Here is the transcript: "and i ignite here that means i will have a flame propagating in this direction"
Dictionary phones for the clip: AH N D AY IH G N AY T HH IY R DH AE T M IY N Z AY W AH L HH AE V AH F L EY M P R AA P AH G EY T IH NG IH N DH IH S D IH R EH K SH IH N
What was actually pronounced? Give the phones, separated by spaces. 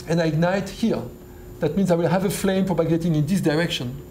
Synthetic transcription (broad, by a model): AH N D AY IH G N AY T HH IY R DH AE T M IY N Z AY W AH L HH AE V AH F L EY M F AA B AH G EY T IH NG IH N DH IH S D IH R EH K SH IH N